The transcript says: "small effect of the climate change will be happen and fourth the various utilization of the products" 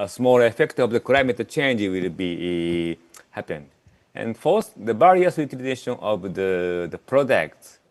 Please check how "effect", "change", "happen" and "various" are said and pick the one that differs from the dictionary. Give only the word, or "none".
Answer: various